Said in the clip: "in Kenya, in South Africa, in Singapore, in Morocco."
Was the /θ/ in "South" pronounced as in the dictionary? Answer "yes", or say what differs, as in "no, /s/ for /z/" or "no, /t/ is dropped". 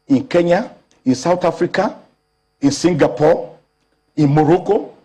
no, /t/ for /θ/